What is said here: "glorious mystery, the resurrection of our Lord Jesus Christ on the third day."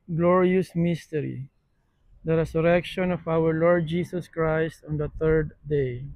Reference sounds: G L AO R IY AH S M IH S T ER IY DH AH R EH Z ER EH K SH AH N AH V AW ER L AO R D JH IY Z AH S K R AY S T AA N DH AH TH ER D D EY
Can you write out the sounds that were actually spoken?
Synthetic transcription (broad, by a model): G L AO R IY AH S M IH S T ER IY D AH R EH S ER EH K SH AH N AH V AW ER L AO R D JH IY S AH S K R AY S T AA N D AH T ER D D EY